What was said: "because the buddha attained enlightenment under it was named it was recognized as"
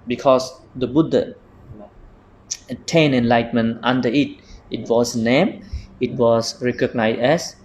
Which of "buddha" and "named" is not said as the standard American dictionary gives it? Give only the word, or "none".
named